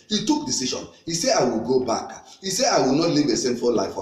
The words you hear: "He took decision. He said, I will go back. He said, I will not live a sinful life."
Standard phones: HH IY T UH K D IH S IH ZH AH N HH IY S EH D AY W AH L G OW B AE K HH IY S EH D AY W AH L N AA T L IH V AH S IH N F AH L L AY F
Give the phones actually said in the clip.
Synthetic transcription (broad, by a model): HH IY T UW K D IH S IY SH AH N HH IY S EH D AY W AH L G OW B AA K HH IY S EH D AY W AH L N AA T L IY V AH S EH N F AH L L AY F